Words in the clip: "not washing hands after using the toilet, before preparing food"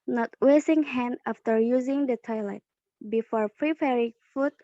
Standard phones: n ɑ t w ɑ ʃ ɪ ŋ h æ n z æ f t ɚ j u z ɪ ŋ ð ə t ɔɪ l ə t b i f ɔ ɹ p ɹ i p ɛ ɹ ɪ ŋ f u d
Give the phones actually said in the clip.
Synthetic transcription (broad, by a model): n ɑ t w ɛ s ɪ ŋ h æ n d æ f t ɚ j u z ɪ ŋ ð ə t ɔɪ l ə t b i f ɔ ɹ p ɹ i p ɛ ɹ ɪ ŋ f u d